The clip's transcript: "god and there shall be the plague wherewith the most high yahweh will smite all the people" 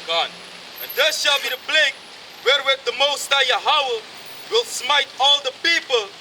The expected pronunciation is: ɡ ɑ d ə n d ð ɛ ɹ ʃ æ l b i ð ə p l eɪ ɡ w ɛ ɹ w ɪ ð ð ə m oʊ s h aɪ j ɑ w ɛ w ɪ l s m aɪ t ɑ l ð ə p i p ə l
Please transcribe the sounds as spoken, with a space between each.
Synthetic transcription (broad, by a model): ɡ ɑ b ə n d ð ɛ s ʃ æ l b i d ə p l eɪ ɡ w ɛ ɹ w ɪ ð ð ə m oʊ s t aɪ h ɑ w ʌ w ɪ l s m aɪ t ɑ l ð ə p i p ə l